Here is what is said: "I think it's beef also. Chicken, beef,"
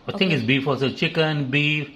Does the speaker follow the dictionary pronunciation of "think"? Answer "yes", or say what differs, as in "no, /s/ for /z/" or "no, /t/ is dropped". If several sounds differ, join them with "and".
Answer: no, /t/ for /θ/